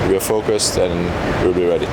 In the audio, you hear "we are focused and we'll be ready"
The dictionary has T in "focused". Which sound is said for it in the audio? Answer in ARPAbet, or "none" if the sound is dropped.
T